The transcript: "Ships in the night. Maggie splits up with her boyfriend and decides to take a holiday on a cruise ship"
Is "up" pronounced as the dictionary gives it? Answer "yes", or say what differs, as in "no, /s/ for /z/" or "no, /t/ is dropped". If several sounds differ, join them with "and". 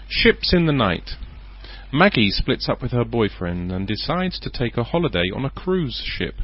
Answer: yes